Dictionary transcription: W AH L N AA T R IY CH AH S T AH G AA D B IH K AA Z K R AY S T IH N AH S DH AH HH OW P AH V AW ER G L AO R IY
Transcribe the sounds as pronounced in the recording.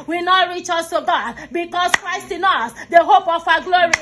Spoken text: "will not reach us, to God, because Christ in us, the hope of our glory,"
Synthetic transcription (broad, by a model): W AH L N AA T R IY CH AH S T AH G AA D B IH K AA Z K R AY S T IH N AH S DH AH HH OW P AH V AW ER G L AO R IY